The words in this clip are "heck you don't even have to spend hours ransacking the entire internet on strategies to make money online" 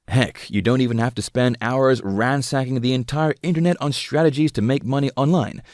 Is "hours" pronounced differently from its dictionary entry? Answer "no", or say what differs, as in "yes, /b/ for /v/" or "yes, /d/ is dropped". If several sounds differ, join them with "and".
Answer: no